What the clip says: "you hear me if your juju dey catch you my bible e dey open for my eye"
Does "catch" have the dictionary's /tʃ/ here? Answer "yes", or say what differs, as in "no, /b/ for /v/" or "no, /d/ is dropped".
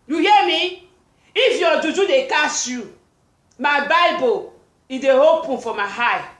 no, /s/ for /tʃ/